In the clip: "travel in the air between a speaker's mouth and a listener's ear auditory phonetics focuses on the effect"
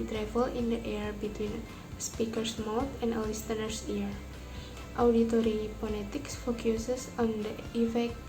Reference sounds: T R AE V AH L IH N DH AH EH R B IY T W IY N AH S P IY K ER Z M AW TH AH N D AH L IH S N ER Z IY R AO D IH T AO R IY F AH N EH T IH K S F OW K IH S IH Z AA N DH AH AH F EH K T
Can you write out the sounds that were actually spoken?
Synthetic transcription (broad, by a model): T R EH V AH L IH N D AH EH R B IY T W IY N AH S P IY K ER S M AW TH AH N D AH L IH S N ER S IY R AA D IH T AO R IY P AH L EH T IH K S F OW K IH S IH S AA N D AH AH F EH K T